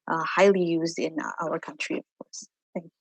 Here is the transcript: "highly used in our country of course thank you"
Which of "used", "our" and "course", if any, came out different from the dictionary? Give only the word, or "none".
none